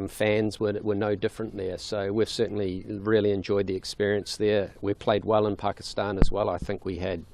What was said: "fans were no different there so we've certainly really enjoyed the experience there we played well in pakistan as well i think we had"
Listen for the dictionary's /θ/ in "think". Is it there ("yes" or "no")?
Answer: yes